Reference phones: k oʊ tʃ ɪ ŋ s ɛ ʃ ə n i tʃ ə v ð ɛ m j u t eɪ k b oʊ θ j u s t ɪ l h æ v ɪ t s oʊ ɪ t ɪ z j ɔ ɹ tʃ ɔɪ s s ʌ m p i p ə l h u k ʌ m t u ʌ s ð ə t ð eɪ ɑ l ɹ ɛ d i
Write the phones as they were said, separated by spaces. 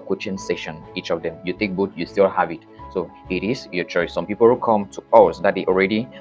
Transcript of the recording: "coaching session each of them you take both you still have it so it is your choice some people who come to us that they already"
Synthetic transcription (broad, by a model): k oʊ tʃ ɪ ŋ s ɛ ʃ ə n i tʃ ə v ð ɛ m j u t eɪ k b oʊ t j u s t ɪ l h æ v ɪ t s oʊ ɪ t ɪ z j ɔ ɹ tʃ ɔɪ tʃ s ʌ m p i p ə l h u k ʌ m t u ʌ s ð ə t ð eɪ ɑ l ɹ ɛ d i